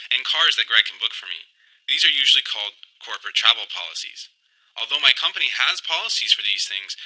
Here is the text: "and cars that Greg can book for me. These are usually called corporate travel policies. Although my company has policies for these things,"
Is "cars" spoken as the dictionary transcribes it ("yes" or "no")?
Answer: yes